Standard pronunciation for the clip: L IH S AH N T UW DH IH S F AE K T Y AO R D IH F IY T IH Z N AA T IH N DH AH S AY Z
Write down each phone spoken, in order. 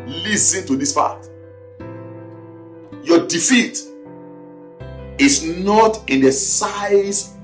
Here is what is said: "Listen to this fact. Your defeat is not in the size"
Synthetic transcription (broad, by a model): L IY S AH N T UW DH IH S P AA T Y AO D IH F IY T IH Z N AA T IH N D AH S AY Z